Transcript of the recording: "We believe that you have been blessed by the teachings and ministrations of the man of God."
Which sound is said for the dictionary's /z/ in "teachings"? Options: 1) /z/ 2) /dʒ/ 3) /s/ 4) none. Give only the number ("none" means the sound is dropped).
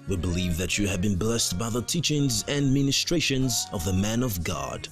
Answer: 1